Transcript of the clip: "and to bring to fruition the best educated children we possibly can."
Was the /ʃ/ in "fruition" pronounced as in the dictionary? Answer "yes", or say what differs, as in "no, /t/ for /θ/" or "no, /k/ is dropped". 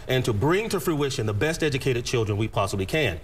yes